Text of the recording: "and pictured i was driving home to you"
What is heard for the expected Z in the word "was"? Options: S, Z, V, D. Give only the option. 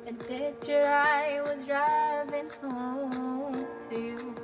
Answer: Z